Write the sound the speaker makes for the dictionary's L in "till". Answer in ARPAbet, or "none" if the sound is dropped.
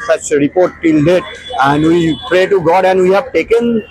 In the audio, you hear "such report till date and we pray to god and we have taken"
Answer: L